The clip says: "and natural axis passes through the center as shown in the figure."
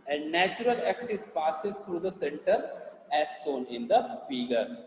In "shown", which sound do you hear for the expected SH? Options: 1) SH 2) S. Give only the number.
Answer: 2